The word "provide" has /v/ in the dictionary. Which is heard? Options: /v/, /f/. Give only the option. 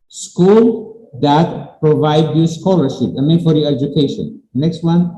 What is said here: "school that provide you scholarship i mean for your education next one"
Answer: /v/